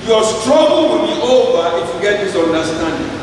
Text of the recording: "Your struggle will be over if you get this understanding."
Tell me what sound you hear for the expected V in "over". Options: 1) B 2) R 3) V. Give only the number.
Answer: 3